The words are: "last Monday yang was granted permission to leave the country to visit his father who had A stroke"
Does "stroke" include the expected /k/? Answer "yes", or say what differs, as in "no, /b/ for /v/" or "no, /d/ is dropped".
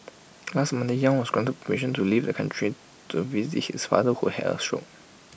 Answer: no, /k/ is dropped